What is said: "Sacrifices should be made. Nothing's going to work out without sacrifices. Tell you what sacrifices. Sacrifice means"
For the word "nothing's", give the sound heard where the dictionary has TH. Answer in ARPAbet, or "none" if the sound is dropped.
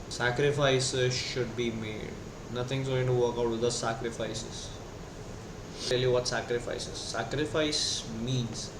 T